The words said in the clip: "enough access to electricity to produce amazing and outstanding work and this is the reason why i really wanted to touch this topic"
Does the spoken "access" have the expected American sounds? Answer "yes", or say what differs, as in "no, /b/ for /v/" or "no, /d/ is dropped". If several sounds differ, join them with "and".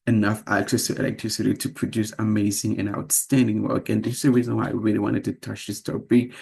yes